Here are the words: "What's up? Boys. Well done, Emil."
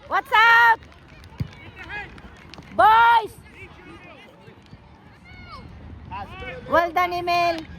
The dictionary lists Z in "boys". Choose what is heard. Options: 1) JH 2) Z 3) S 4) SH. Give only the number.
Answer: 3